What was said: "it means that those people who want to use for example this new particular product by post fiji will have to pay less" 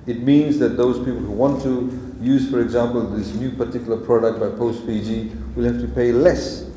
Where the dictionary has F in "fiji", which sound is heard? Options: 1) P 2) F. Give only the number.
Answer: 1